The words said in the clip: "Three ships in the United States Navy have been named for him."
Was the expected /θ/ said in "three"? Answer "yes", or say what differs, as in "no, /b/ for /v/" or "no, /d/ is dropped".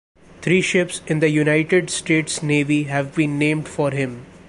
no, /t/ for /θ/